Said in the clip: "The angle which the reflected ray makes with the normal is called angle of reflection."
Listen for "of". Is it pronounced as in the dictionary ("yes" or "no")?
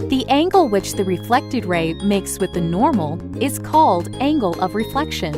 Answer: yes